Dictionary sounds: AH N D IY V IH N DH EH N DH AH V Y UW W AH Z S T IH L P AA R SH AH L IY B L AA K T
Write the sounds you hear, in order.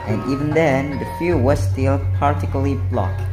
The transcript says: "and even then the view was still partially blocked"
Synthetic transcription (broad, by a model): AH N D IY V IH N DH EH N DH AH F Y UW W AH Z S T IH L P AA R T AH L IY B L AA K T